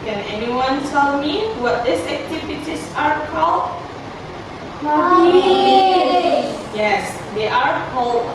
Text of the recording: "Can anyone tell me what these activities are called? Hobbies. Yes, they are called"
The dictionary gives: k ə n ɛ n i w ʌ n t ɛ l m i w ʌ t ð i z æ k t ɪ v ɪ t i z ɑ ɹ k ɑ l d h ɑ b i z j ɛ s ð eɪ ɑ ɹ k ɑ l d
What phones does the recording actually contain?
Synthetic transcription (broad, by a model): k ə n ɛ n i w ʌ n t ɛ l m i w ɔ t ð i s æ k t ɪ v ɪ t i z ɑ ɹ k ɑ l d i i j ɛ s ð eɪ ɑ ɹ k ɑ l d